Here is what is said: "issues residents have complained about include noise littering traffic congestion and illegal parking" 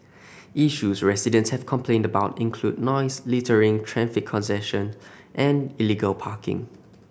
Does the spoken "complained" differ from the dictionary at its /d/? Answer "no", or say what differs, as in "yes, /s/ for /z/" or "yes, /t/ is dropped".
no